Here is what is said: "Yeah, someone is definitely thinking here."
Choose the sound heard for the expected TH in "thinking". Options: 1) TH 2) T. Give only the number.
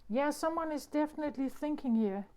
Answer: 1